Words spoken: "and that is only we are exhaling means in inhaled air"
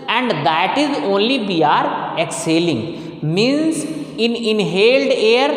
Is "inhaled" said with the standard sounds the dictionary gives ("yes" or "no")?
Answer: yes